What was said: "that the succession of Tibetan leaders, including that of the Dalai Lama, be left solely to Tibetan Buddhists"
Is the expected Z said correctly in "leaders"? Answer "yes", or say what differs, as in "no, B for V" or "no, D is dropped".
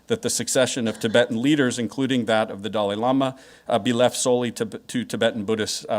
yes